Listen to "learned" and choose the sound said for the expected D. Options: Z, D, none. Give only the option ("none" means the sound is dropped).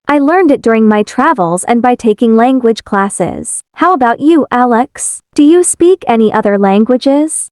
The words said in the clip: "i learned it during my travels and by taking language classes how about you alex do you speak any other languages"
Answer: D